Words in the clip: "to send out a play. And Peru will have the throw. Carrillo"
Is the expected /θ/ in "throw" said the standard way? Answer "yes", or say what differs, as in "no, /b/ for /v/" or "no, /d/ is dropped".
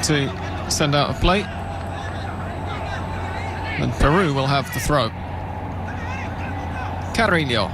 yes